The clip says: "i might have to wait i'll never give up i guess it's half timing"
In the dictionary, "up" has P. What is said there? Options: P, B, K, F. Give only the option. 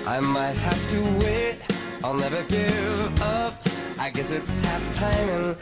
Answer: P